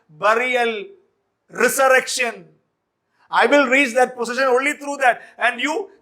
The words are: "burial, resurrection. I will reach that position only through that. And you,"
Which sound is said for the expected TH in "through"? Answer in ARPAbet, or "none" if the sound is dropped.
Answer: T